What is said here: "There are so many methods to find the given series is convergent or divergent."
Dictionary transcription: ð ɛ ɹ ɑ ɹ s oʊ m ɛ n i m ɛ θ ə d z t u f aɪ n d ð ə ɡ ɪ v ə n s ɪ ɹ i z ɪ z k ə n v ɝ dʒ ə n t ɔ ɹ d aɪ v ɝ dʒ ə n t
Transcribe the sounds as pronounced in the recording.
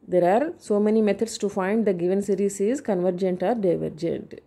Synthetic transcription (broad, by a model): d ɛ ɹ ɑ ɹ s oʊ m ɛ n i m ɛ t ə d s t u f aɪ n d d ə ɡ ɪ v ə n s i ɹ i s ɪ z k ə n v ɝ dʒ ə n t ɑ ɹ d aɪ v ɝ dʒ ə n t